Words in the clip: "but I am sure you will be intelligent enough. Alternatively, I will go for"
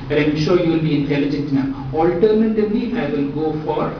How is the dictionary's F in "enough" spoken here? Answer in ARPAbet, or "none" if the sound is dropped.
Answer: none